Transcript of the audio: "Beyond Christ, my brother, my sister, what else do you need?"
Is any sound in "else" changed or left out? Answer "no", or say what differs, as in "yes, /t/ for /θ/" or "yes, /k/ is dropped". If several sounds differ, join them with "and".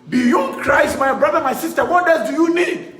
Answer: yes, /l/ is dropped